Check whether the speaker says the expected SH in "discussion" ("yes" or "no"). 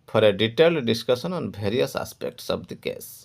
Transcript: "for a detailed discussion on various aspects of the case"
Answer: no